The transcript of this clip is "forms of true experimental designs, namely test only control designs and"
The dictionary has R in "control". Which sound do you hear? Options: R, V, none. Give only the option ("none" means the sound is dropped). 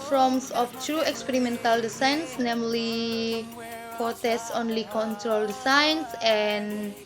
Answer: R